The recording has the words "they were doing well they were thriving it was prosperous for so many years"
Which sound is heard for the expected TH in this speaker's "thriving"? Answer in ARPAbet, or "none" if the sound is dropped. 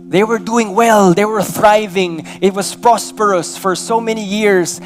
TH